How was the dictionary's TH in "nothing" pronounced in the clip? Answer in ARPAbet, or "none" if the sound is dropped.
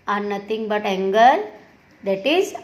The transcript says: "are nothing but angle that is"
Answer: T